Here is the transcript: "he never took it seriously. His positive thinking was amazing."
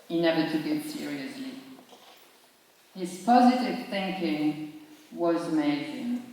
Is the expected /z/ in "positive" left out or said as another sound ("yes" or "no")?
no